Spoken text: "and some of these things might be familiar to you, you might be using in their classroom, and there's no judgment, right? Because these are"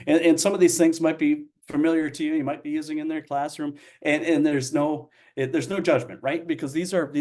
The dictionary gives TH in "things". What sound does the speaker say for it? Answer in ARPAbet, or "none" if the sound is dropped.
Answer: TH